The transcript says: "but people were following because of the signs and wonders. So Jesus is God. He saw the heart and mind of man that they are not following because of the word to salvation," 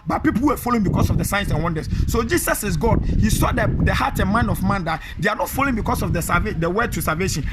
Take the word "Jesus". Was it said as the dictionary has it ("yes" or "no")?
no